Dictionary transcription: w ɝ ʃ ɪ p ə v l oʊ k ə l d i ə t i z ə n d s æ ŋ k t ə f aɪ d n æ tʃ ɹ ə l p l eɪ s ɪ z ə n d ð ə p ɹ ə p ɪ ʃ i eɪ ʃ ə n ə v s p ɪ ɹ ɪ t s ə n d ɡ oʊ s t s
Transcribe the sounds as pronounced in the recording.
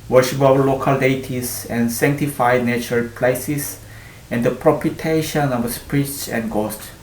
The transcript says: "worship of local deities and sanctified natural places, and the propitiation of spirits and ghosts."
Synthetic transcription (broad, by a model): w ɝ ʃ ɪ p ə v l oʊ k ə l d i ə t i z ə n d s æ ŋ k t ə f aɪ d n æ tʃ ɹ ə l p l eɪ s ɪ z ə n d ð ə p ɹ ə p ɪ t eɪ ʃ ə n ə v s p ɹ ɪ s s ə n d ɡ oʊ s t